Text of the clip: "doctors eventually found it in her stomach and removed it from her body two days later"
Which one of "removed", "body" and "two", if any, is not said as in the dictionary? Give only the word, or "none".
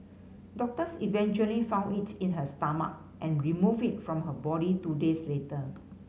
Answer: removed